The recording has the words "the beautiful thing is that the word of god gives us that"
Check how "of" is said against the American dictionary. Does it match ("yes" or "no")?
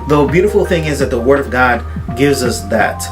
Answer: yes